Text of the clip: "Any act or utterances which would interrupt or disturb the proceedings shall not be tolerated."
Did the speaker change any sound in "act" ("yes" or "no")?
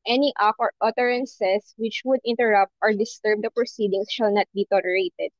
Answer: yes